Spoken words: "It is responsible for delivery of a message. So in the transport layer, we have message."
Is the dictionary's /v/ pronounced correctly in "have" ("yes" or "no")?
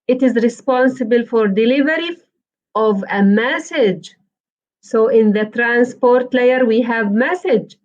yes